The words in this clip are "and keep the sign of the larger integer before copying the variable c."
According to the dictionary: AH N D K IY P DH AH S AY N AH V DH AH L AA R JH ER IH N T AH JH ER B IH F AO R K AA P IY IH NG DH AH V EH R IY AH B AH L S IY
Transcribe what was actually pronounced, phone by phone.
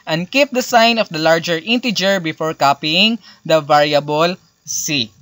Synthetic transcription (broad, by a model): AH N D K IY P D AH S AY N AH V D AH L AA R JH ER IH N T AH JH ER B IH F AO R K AA P IY IH NG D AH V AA R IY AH B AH L S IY